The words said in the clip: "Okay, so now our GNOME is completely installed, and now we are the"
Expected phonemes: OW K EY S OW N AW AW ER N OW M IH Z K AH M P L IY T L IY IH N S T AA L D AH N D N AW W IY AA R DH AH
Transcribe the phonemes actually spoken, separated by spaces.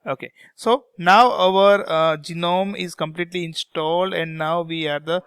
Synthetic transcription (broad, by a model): OW K EY S OW N AW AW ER N OW M IH Z K AH M P L IY T L IY IH N S T AA L D AH N D N AW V IY AA R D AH